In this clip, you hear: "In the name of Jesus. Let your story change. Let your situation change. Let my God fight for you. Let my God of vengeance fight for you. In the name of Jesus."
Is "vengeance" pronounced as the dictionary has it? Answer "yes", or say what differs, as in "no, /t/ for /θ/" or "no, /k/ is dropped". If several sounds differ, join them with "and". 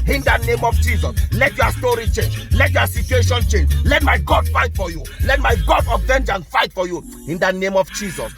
no, /s/ is dropped